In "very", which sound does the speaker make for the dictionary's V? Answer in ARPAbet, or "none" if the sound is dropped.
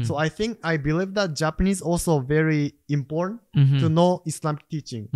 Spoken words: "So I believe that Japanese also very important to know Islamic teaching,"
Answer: V